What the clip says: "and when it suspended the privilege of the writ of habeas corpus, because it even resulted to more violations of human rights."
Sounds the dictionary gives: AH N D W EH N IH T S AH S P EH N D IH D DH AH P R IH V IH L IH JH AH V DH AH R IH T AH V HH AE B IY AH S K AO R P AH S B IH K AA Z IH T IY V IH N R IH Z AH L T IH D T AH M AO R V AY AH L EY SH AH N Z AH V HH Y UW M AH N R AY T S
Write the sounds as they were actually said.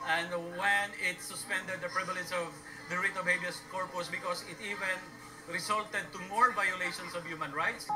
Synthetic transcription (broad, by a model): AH N D W EH N IH T S AH S P EH N D IH D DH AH P R IH V IH L IH JH AH V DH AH R IH T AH B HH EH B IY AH S K AO R P AH S B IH K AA S IH T IY V IH N R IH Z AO L T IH D T AH M AO R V AY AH L EY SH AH N S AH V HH Y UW M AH N R AY T S